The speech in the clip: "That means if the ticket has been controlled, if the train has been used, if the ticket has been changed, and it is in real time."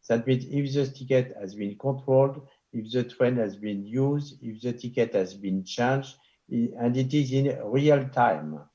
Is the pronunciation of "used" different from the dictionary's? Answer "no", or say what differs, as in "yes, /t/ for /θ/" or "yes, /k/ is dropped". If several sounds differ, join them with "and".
no